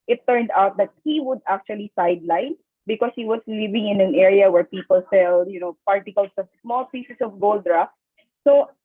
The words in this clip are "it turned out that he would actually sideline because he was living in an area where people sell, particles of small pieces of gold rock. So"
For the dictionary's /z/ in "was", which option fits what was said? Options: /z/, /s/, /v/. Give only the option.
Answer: /s/